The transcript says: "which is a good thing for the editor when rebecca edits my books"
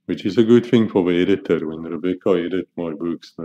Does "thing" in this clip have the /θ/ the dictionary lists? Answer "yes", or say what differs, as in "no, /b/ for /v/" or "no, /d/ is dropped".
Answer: yes